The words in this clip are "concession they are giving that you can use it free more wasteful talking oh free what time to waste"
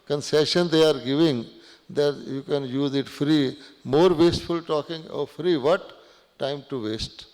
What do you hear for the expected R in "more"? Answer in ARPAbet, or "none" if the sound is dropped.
R